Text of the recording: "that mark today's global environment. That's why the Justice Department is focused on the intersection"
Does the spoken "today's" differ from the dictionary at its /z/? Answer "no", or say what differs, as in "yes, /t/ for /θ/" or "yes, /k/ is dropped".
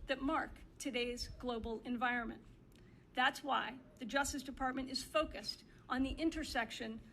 no